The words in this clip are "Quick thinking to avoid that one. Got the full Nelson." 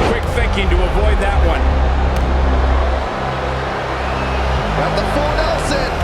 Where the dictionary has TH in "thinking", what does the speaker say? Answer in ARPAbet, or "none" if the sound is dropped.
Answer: TH